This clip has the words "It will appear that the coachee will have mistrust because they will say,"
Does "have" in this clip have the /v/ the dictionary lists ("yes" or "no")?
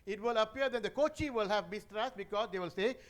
yes